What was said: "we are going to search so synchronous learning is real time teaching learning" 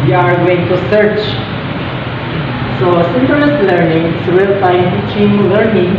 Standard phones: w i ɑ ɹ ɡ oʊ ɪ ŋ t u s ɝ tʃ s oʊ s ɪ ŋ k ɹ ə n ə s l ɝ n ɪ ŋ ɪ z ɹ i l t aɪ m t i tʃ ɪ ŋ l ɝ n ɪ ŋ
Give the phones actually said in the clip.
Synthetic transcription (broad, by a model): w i ɑ ɹ ɡ oʊ ɪ ŋ t u s ɝ tʃ s oʊ s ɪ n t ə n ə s l ɝ n ɪ ŋ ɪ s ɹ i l s aɪ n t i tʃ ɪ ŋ l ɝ n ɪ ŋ